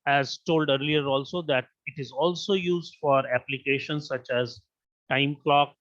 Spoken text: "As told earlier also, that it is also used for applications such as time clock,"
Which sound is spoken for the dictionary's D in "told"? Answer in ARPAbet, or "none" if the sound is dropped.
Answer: D